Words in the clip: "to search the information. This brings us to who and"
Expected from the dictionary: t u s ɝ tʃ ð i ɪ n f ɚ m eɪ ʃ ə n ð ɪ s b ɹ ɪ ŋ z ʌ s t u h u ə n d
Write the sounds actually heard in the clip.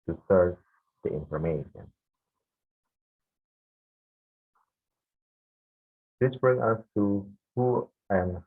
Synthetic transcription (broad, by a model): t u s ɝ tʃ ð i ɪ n f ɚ m eɪ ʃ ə n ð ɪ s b ɹ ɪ ŋ ʌ s t u h u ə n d